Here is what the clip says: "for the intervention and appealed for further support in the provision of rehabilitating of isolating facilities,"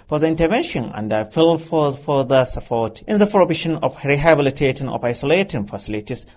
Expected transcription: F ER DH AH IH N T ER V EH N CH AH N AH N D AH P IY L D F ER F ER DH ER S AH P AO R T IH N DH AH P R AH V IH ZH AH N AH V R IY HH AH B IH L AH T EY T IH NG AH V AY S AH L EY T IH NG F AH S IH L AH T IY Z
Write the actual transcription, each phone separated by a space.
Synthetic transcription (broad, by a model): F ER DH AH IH N T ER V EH N SH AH N AH N D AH F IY L F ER F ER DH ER S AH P AO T T IH N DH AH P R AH B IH SH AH N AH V R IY HH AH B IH L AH T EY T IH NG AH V AY S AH L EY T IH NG F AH S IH L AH T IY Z